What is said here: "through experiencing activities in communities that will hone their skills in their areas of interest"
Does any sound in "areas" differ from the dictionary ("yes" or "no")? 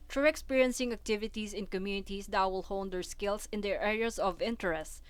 yes